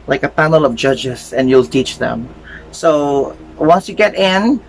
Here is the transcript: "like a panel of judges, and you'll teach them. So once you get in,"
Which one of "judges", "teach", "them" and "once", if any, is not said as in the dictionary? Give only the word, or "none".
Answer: judges